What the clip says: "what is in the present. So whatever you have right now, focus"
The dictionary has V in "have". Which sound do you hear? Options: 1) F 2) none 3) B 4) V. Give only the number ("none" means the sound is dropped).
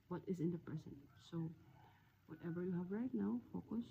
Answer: 4